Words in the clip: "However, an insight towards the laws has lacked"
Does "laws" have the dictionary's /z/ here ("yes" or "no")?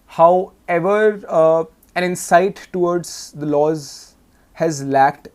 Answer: yes